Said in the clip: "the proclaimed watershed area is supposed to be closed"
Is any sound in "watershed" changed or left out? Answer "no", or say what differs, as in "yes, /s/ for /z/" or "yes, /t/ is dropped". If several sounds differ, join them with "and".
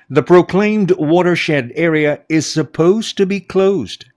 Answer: no